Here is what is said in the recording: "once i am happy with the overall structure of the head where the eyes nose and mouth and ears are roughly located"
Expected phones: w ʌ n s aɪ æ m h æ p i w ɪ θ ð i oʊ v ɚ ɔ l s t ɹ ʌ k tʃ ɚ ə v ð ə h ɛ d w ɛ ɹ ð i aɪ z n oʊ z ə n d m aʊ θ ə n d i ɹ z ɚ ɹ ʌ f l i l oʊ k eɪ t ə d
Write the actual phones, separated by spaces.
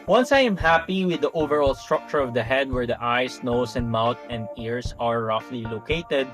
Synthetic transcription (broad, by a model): w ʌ n s aɪ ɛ m h æ p i w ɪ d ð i oʊ v ɚ ɔ l s t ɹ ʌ k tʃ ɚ ə v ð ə h ɛ d w ɛ ɹ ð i aɪ s n oʊ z ə n d m aʊ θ ə n d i ɹ s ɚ ɹ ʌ f l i l oʊ k eɪ t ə d